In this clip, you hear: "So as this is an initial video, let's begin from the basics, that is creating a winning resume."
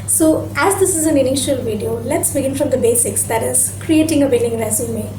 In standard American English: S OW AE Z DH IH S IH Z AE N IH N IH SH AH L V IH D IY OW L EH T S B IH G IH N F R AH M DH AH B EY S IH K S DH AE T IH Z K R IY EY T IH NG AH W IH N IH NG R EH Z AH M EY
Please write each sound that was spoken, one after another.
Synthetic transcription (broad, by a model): S OW AE Z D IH S IH Z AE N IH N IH SH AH L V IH D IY OW L EH T S B IH G IH N F R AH M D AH B EY S IH K S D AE T IH Z K R IY EY T IH NG AH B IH L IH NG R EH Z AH M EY